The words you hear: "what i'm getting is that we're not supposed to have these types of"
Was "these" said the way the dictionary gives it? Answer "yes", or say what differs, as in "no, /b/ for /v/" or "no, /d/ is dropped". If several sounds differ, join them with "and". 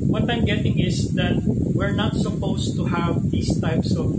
no, /s/ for /z/